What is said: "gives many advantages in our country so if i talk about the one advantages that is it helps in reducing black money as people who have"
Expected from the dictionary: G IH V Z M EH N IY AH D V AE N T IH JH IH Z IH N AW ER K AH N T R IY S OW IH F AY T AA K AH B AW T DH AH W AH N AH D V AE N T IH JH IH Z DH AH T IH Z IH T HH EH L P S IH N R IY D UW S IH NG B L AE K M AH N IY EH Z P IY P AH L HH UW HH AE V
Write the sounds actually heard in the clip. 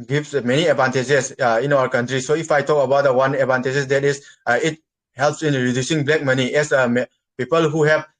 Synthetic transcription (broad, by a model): G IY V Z M EH N IY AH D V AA N T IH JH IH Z IH N AW ER K AH N T R IY S OW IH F AY T AA K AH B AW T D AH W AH N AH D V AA N T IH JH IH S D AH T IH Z IH T HH EH L P S IH N R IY D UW S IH NG B L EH K M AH N IY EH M P IY P AH L HH UW HH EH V